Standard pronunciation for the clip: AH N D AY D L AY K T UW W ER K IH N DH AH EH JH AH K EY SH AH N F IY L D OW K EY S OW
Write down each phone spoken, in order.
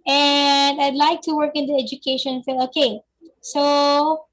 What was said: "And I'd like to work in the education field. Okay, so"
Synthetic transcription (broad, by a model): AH N D AY D L AY K T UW W ER K IH N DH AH EH JH AH K EY SH AH N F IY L OW K EY S OW